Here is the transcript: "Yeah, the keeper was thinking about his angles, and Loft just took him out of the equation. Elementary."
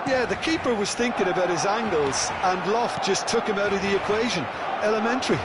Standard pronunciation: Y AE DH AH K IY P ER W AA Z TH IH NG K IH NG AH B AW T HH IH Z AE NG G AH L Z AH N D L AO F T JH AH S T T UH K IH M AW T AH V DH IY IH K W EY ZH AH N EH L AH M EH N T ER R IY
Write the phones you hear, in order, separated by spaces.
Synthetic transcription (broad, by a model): Y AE DH AH K IY P ER W AA Z TH IH NG K IH NG AH B AW T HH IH Z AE NG G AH L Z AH N L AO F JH AH S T T UH K IH M AW T AH V DH IY IH K W EY ZH AH N EH L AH M EH N T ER R IY